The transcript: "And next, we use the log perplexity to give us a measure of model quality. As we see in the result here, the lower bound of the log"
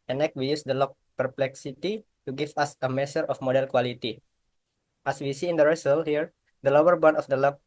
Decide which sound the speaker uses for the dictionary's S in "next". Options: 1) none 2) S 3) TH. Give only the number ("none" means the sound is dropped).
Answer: 1